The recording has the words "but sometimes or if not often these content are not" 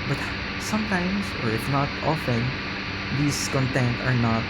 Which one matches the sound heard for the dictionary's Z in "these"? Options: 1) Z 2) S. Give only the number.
2